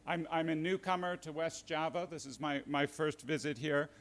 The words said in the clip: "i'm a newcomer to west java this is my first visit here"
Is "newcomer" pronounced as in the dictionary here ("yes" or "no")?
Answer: yes